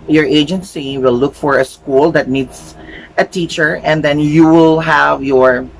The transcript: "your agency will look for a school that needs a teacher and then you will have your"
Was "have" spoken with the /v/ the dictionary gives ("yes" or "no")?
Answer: yes